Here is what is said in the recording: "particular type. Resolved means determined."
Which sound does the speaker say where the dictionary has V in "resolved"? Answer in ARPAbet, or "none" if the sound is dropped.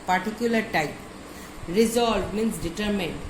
none